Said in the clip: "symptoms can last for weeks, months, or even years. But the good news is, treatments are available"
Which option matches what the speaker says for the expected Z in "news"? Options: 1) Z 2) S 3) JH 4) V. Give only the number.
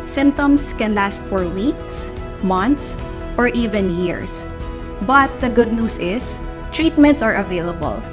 2